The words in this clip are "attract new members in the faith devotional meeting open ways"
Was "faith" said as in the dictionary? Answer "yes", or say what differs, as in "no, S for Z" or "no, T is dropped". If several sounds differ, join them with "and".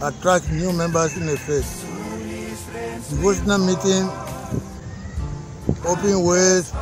no, S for TH